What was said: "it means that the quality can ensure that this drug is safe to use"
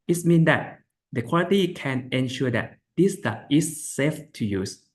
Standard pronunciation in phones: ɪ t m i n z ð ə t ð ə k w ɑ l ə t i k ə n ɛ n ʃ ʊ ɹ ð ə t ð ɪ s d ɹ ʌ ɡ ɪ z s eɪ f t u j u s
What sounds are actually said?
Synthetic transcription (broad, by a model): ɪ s m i n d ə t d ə k w ɑ l ə t i k ə n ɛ n ʃ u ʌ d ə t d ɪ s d ʌ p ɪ s eɪ f t u j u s